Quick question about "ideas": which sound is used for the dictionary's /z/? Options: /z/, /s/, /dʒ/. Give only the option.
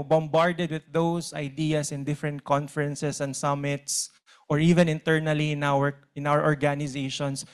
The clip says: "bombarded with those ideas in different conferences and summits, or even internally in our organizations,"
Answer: /s/